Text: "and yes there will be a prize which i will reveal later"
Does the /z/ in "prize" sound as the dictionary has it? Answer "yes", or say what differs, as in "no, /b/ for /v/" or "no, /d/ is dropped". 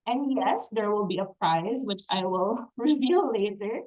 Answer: yes